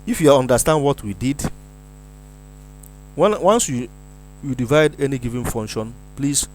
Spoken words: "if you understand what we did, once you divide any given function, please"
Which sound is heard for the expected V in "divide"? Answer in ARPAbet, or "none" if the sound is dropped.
V